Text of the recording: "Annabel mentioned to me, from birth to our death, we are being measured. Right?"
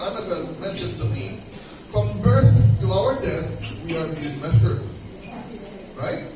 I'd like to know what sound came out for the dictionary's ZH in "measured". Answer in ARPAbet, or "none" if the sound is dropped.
S